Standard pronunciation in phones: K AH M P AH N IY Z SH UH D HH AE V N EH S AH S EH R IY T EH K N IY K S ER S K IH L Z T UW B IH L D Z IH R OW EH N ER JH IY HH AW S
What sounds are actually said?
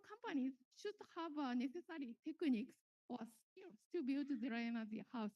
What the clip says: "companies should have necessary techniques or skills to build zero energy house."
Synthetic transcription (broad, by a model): K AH M P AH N IY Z SH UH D HH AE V N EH S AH S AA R IY T EH K N IY K S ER S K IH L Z T UW B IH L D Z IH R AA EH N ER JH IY HH AW S